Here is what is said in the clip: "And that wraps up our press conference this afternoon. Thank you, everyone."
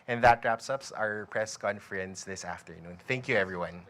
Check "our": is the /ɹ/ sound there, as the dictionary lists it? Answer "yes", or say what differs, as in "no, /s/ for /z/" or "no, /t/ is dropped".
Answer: yes